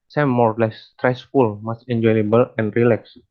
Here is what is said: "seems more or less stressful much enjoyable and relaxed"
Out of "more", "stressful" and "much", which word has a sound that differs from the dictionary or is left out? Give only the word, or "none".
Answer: much